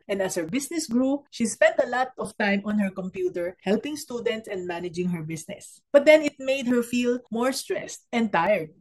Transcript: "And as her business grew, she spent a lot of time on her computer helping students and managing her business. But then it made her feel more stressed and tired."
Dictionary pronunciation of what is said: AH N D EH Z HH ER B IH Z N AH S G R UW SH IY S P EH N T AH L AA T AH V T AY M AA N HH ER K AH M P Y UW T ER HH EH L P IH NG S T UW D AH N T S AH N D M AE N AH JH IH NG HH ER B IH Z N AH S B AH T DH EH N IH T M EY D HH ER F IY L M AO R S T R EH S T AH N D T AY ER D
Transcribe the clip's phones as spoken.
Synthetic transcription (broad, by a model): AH N D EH S HH ER B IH S N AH S G R UW SH IY S P EH N T AH L AA T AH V T AY M AA N HH ER K AH M P Y UW T ER HH EH L P IH NG S T UW D AH N T S AH N D M AE N AH JH IH NG HH ER B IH S N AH S B AH T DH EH N IH T M EY D HH ER F IY L M AO R S T R EH S T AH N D T AY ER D